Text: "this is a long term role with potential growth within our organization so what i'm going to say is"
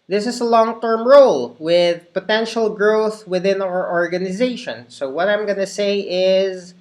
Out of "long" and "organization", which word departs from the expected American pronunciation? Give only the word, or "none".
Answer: none